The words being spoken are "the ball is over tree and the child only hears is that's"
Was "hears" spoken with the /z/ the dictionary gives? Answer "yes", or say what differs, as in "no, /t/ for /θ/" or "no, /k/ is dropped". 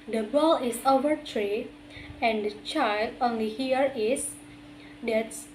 no, /z/ is dropped